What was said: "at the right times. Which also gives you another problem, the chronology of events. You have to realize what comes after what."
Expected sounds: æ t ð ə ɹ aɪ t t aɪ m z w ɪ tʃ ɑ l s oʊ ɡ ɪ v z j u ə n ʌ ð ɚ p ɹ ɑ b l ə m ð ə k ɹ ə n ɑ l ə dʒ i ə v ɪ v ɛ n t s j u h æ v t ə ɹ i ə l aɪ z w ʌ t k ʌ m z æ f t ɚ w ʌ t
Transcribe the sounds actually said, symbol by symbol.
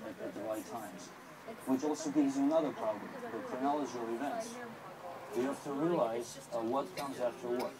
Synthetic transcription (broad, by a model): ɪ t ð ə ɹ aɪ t t aɪ m z w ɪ tʃ ɑ l s oʊ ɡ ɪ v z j ə n ʌ ð ɚ p ɹ ɑ b l ə m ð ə k ɹ ə n ɑ l ə dʒ i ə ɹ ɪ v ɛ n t s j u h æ f t ə ɹ i ə l aɪ z w ʌ t k ʌ m z æ f t ɚ w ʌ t